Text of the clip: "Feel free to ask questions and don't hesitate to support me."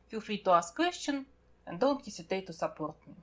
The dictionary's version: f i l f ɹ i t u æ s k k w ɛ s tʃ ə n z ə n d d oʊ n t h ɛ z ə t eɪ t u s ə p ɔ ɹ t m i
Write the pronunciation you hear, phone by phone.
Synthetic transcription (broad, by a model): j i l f i t u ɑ s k k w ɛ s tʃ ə n ə n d d oʊ n t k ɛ s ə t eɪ t u s ə p ɔ ɹ t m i